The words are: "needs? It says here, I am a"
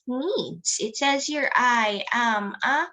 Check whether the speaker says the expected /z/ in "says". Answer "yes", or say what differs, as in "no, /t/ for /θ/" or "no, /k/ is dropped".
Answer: yes